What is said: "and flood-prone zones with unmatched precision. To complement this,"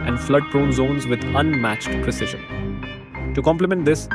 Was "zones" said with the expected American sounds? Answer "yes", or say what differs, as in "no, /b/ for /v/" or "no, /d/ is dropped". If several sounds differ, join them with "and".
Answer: yes